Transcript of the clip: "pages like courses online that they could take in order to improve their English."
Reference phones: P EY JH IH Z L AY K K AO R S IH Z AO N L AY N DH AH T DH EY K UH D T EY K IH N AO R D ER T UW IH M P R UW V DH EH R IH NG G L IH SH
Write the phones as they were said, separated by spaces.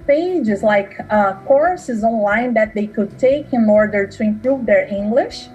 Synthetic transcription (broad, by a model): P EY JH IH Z L AY K K AO R S IH Z AO N L AY N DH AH T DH EY K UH D T EY K IH N AO R D ER T UW IH M P R UW V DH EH R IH NG G L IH SH